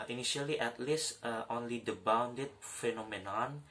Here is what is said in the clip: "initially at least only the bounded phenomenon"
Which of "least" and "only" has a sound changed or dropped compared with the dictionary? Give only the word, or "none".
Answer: none